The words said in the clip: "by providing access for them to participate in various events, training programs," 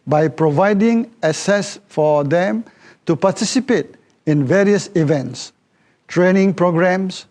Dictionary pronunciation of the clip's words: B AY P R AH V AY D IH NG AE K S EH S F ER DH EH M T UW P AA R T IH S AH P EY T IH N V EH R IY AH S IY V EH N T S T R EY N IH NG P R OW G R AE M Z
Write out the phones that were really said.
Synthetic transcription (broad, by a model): B AY P R AH V AY D IH NG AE S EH S F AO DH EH M T UW P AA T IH S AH P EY T IH N V EH R IY AH S IY V EH N T S T R EY N IH NG P R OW G R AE M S